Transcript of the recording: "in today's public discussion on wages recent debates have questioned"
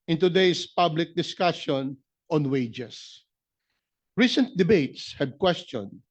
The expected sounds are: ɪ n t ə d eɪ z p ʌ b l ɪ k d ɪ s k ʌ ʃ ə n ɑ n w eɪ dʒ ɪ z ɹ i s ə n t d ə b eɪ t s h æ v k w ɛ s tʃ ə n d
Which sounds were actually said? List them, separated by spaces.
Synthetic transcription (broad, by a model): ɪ n t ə d eɪ s p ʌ b l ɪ k d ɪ s k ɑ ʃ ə n ɑ n w eɪ dʒ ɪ s ɹ i s ə n t d ə b eɪ t s h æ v k w ɛ s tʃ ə n d